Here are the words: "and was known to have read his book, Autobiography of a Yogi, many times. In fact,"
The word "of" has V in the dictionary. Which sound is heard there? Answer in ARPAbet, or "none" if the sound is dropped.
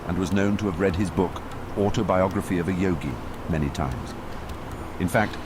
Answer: V